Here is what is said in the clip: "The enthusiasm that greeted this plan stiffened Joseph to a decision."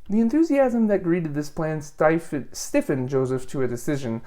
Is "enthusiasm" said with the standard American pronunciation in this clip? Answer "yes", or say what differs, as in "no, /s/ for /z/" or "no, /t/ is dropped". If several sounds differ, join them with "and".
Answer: yes